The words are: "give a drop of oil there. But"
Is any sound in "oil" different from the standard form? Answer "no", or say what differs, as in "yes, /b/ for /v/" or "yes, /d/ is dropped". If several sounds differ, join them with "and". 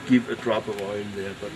yes, /n/ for /l/